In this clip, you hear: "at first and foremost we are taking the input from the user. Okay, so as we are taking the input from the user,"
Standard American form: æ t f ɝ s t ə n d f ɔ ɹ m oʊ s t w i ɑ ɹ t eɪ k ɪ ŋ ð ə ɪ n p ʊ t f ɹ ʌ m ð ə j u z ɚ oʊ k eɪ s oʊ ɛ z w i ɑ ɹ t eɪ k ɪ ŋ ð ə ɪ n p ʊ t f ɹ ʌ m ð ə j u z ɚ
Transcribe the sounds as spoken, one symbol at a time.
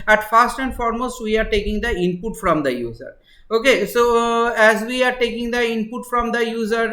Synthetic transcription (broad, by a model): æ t f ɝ s t ə n d f ɔ ɹ m oʊ s t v i ɑ ɹ t eɪ k ɪ ŋ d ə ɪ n p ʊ t f ɹ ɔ m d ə j u z ɚ oʊ k eɪ s oʊ ɛ z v i ɑ ɹ t eɪ k ɪ ŋ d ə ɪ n p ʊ t f ɹ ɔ m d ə j u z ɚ